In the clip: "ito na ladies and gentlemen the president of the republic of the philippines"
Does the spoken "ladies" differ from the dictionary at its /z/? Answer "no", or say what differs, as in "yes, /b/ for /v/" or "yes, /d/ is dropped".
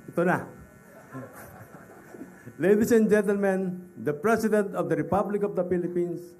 yes, /s/ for /z/